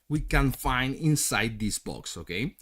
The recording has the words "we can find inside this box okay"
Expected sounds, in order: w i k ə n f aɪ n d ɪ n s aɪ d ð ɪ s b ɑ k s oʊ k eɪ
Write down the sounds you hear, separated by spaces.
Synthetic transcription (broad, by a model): w i k ə n f aɪ n d ɪ n s aɪ d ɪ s b ɑ k s oʊ k eɪ